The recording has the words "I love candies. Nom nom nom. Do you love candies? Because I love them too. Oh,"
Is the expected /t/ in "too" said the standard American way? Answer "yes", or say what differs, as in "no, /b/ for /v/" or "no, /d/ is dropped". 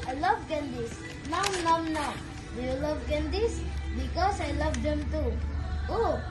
yes